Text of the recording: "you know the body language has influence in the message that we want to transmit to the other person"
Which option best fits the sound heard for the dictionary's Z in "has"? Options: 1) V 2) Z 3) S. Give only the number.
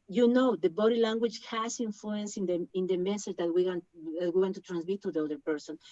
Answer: 3